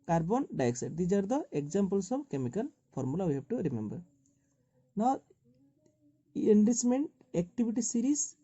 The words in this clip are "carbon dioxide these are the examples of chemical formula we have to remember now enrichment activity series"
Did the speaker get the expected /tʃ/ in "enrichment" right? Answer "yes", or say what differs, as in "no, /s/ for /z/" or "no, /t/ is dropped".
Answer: no, /s/ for /tʃ/